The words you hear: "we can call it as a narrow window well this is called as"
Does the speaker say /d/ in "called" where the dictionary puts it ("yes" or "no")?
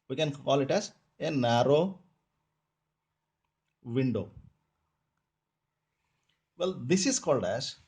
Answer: yes